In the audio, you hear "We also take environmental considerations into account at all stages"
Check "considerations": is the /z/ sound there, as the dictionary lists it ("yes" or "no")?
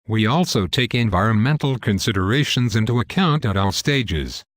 yes